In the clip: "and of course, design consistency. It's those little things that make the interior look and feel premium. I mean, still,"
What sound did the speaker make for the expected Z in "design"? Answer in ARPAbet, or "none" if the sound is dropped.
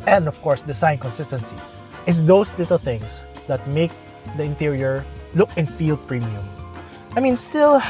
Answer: S